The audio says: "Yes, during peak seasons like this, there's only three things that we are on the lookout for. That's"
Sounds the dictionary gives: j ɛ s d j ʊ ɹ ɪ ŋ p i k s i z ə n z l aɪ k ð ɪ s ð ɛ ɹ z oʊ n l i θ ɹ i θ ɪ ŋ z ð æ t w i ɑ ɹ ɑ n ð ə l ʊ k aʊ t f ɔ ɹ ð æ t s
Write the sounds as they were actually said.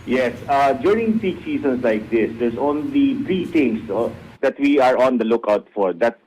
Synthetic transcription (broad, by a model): j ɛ s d j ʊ ɹ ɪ ŋ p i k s i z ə n s l aɪ k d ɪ s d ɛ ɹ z oʊ n l i t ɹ i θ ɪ ŋ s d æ t w i ɑ ɹ ɑ n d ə l ʊ k aʊ t f ɔ ɹ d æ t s